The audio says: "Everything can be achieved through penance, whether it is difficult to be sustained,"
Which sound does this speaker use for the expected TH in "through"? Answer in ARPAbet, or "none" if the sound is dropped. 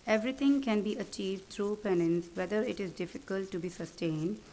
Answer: T